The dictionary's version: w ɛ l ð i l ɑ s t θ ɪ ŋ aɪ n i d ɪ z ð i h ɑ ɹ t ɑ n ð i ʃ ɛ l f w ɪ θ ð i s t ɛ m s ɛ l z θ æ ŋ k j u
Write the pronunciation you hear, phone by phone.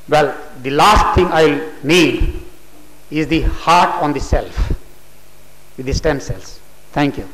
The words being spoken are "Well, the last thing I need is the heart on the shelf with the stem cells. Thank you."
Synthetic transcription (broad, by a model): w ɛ l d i l ɑ s t t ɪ ŋ aɪ l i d ɪ z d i h ɑ ɹ t ɑ n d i s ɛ l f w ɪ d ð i s t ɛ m s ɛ l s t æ ŋ k j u